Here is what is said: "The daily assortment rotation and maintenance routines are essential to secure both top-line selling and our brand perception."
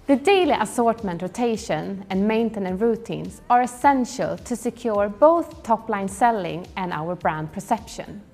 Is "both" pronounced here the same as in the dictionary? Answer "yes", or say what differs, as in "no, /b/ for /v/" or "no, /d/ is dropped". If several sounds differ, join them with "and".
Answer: yes